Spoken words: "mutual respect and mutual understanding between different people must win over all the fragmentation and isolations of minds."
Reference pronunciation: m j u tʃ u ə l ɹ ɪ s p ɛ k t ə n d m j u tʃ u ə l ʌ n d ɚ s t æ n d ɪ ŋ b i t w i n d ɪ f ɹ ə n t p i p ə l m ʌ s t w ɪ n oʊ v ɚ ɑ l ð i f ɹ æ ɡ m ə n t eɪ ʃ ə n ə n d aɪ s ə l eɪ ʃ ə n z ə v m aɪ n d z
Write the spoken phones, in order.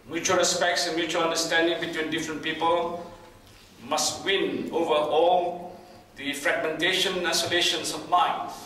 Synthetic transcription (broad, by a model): m j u tʃ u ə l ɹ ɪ s p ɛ k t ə n m j u tʃ u ə l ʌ n d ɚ s t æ n d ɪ ŋ b i t w i n d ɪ f ɹ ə n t p i p ə l m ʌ s t w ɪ n oʊ v ɚ ɑ l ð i f ɹ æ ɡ m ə n t eɪ ʃ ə n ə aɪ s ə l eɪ ʃ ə n s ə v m aɪ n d